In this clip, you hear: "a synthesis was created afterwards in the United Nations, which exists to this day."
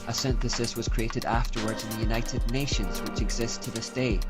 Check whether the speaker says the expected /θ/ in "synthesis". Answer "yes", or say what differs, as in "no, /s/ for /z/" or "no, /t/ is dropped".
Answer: yes